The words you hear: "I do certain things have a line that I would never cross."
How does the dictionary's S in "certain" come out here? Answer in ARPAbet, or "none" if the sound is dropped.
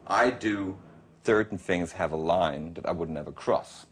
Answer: TH